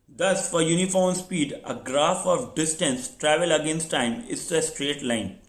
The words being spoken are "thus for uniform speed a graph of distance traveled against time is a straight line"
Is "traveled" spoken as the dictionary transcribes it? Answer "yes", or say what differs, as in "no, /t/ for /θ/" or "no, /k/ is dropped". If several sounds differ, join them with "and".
no, /d/ is dropped